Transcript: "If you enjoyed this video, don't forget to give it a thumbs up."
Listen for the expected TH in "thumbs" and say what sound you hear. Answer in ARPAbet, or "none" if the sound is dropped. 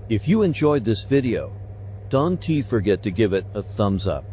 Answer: TH